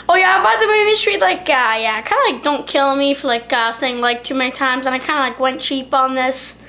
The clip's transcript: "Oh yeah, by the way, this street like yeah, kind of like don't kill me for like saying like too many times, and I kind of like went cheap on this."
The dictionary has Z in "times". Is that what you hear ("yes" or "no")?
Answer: yes